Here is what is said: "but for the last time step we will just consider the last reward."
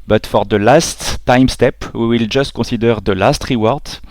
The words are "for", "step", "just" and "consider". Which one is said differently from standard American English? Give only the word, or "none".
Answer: consider